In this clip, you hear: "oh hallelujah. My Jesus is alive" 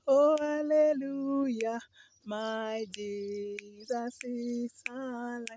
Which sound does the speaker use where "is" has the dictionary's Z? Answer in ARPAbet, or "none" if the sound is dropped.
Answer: S